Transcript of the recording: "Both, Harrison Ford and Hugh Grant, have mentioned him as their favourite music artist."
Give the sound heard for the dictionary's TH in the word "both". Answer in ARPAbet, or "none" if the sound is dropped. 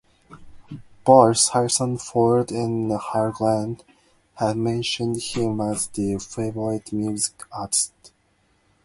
S